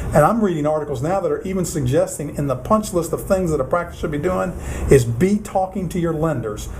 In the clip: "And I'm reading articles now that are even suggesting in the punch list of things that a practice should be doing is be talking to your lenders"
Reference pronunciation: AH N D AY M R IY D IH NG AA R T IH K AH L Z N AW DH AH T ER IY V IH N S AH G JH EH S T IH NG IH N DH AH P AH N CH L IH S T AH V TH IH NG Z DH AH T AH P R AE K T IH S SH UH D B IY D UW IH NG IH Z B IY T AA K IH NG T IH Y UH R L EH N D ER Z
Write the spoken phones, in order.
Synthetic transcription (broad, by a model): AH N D AY M R IY D IH NG AA R T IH K L Z N AW DH AH T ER IY V IH N S AH G JH EH S T IH NG IH N DH AH P AH N CH L IH S T AH V TH IH NG Z DH AH T AH P R AE K T IH S SH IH D B IY D UW IH NG IH Z B IY T AA K IH NG T IH Y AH R L EH N D ER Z